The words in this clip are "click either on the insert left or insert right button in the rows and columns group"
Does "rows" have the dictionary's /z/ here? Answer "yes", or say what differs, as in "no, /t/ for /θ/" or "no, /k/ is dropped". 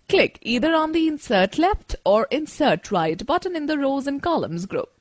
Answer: yes